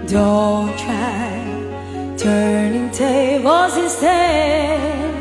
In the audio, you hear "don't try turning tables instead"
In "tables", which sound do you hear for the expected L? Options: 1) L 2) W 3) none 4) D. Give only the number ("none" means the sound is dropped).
3